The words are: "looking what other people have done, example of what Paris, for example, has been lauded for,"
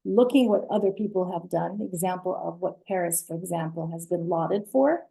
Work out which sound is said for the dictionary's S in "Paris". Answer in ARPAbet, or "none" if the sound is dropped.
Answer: S